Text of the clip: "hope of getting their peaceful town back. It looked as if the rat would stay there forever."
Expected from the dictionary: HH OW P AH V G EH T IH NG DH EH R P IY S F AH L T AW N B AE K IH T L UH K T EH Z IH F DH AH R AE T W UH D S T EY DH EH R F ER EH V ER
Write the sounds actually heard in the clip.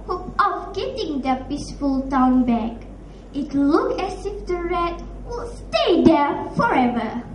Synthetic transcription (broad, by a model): HH OW P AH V G EH T IH NG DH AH P IY S F AH L T AW N B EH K IH T L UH K EH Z IH F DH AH R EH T W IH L S T EY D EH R F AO EH V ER